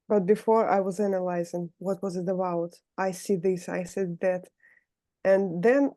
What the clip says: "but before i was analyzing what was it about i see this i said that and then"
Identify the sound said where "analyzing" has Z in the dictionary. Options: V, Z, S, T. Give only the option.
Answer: Z